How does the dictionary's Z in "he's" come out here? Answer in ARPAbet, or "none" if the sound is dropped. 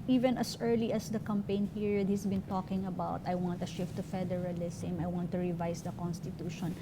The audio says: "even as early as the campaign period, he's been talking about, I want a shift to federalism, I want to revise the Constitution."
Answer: S